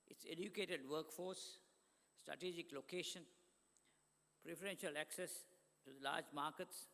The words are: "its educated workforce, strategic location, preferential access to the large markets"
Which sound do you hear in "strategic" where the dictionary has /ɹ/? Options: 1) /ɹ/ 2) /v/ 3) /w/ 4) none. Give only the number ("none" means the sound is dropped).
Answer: 1